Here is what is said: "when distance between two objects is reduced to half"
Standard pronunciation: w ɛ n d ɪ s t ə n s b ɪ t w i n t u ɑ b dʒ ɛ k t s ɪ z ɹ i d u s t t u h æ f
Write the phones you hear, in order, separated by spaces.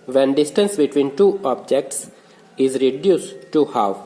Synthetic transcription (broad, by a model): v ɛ n d ɪ s t ə n s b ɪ t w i n t u ɑ b dʒ ɛ k t s ɪ z ɹ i d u s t t u h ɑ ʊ